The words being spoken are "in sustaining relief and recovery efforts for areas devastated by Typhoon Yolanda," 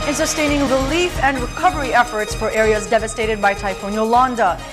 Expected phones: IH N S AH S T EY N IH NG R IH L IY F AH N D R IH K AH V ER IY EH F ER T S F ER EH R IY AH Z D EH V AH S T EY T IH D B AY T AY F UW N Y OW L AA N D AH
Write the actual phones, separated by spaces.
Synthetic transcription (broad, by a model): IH N S AH S T EY N IH NG R IH L IY F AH N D R IH K AH V ER IY EH F ER T S F ER EH R IY AH Z D EH V AH S T EY T IH D B AY T AY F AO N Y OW L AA N D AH